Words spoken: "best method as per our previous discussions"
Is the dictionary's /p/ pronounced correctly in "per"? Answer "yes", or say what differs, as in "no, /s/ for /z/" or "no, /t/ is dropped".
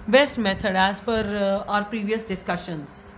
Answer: no, /f/ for /p/